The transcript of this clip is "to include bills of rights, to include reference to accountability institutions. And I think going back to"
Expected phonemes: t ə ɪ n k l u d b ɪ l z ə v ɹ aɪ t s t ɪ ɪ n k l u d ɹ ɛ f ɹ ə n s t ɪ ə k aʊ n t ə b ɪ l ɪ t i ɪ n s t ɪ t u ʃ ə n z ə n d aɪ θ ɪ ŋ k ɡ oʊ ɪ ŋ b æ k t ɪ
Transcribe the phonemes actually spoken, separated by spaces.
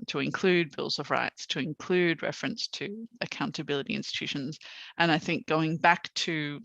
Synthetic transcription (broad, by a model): t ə ɪ n k l u d b ɪ l z ə v ɹ aɪ t s t ɪ ɪ n k l u d ɹ ɛ f ɹ ə n s t ɪ ə k aʊ n t ə b ɪ l ɪ t i ɪ n s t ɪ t u ʃ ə n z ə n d aɪ θ ɪ ŋ k ɡ oʊ ɪ ŋ b æ k t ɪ